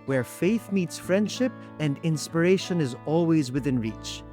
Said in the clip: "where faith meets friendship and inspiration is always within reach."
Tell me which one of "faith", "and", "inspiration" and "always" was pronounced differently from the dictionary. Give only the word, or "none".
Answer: none